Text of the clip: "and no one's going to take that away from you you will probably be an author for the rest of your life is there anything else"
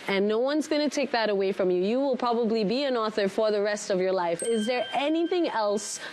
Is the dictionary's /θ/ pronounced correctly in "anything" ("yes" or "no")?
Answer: yes